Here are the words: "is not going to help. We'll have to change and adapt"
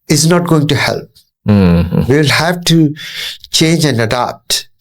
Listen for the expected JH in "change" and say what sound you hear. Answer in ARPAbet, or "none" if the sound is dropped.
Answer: JH